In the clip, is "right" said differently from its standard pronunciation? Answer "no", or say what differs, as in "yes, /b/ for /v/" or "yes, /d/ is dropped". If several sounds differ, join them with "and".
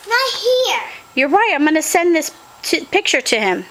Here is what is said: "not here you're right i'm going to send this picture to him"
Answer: no